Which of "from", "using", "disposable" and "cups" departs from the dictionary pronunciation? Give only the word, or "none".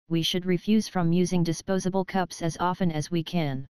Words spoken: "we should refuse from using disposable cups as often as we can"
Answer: none